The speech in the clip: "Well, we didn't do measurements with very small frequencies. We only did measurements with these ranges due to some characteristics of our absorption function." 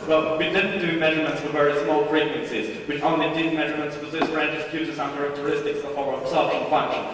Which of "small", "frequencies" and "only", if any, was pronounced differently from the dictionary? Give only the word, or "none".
frequencies